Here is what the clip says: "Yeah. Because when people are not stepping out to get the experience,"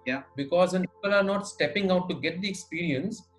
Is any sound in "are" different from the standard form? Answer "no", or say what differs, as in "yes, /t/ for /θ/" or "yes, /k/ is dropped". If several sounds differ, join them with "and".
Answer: no